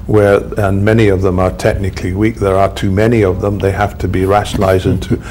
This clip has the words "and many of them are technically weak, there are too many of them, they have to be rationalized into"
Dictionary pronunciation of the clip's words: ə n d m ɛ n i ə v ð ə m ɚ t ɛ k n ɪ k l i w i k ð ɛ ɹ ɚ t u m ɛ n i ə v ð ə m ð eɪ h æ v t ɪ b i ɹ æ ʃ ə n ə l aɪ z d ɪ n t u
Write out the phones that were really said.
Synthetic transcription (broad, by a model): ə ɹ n m ɛ n i ə v ð ə m ɚ t ɛ k n ɪ k l i w i k ð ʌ ɹ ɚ t u m ɛ n i ə v ð ə m ð eɪ h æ f t ɪ b i ɹ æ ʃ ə n l aɪ z d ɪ n t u